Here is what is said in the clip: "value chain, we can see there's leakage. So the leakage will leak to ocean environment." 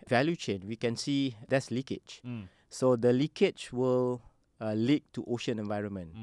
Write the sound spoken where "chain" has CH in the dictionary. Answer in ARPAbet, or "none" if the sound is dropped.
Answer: CH